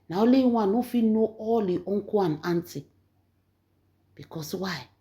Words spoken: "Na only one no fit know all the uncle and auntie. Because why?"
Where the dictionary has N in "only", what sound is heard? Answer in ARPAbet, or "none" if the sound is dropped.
none